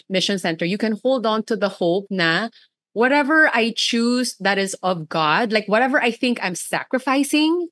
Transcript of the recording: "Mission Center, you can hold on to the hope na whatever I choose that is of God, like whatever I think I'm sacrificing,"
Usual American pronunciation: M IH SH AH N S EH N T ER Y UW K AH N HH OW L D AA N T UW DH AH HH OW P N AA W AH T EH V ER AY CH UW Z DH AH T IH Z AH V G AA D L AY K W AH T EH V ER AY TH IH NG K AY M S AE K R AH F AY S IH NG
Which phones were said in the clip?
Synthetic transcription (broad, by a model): M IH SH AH N S EH N T ER Y UW K AH N HH OW L D AA N T UW DH AH HH OW P N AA W AH T EH V ER AY CH UW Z DH AH T IH Z AH V G AA D L AY K W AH T EH V ER AY TH IH NG K AY M S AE K R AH F AY S IH NG